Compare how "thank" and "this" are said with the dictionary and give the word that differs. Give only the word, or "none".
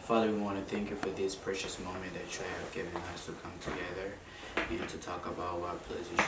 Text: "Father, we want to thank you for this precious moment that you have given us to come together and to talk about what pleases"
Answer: none